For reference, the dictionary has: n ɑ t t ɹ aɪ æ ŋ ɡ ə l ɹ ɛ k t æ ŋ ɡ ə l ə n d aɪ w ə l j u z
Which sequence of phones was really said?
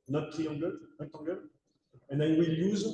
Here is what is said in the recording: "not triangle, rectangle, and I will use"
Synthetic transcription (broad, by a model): n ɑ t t i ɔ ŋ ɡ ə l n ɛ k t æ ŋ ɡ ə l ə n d aɪ w ə l j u z